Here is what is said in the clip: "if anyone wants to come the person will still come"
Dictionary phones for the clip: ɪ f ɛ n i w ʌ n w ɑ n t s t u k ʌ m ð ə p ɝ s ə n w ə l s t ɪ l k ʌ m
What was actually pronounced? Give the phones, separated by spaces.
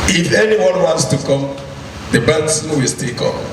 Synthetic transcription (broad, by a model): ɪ f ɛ n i w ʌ n w ɑ n t s t u k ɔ m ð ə b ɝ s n w ə l s t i l k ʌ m